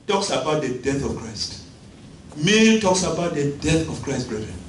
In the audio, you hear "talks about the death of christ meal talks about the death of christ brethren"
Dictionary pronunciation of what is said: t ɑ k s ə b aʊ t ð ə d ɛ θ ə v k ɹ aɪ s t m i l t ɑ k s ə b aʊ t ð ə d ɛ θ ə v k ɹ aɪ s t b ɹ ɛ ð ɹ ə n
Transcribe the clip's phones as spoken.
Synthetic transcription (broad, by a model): t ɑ k s ə b aʊ t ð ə d ɛ θ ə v k ɹ aɪ s t m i n t ɑ k s ə b aʊ t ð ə d ɛ θ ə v k ɹ aɪ s t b ɹ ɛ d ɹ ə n